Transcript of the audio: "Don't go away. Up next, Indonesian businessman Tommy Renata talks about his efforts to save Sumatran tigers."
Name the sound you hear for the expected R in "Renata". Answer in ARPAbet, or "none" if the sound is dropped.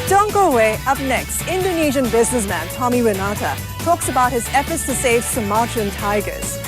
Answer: W